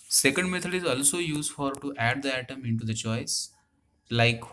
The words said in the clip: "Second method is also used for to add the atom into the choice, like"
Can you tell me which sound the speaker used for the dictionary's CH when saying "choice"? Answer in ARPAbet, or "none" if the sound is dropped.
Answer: CH